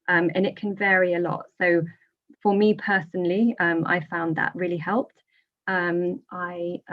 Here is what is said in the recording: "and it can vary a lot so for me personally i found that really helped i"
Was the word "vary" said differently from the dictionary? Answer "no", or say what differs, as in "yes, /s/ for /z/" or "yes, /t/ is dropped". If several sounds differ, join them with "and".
no